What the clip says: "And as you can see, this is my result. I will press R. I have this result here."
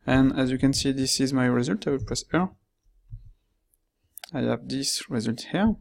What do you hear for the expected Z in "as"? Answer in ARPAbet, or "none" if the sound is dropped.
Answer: Z